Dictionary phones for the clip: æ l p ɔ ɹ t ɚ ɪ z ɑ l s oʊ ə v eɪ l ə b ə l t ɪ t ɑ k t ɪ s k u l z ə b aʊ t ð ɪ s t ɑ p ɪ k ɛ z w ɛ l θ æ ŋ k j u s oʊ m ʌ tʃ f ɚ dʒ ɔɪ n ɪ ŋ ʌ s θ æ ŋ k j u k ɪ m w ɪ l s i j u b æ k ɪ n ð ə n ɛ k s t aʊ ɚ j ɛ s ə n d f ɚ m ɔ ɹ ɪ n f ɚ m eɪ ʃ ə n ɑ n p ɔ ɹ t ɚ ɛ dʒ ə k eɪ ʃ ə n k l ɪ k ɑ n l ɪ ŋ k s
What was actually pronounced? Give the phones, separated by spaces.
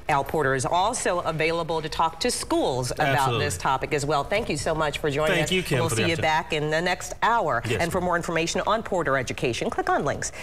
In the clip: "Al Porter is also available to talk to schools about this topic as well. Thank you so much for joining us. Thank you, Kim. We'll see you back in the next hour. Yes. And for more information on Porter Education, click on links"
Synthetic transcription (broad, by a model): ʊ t p ɔ ɹ t ɚ ɪ z ɑ l s oʊ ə v eɪ l ə b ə l t ɪ t ɑ k t ɪ s k u l z ə b aʊ t ð ɪ s t ɑ p ɪ k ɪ z w ɛ l θ æ ŋ k j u s oʊ m ʌ tʃ f ɚ dʒ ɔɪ ɪ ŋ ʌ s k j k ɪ w ɪ l s i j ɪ b æ k ɪ n ð ə n ɛ k s t aʊ ɚ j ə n f ɚ m ɔ ɹ ɪ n f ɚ m eɪ ʃ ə n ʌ n p ɔ ɹ t ɚ ɛ dʒ ə k eɪ ʃ ə n k l ɪ k n l ɪ ŋ k s